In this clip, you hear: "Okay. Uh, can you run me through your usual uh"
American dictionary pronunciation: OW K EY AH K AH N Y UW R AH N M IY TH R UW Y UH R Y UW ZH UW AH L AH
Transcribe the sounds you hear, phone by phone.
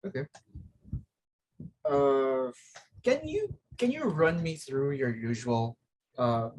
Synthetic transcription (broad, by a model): OW K EY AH K AH N Y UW R AH N M IY TH R UW Y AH R Y UW ZH UW AH L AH